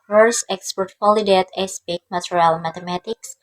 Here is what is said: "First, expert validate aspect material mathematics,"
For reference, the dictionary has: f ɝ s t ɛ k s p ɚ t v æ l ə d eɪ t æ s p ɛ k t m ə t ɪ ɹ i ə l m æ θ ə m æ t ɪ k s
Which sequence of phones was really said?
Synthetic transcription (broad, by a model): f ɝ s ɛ k s p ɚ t f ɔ l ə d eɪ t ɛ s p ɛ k m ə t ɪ ɹ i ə l m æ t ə m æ t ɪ k s